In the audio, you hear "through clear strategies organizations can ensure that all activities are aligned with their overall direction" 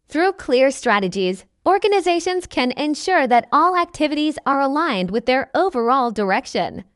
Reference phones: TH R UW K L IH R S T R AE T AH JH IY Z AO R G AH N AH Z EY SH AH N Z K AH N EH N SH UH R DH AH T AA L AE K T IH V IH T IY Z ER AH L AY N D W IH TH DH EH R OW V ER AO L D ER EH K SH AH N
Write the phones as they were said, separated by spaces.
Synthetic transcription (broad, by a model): TH R UW K L IH R S T R AE T AH JH IY Z AO R G AH N AH Z EY SH AH N Z K AH N EH N SH UH R DH AH T AA L AE K T IH V IH T IY Z ER AH L AY N D W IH DH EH R OW V ER AO L D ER EH K SH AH N